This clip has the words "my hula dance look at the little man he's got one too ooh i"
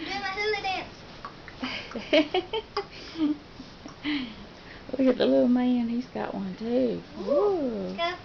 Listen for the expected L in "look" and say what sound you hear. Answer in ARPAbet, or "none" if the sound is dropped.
W